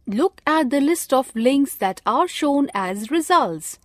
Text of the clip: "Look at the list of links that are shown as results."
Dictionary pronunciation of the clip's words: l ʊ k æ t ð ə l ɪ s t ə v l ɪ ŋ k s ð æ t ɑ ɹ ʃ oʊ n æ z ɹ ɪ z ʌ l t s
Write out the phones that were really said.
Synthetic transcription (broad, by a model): l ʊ k æ t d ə l ɪ s t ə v l ɪ ŋ k s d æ t ɑ ɹ ʃ oʊ n æ z ɹ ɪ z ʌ l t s